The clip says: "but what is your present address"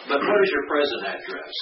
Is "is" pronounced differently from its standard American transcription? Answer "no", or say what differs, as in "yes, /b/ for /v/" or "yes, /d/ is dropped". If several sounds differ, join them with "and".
no